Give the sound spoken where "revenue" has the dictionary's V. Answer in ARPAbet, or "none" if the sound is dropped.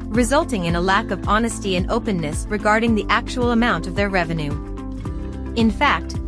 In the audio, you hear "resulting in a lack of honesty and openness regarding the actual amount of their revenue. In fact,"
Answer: V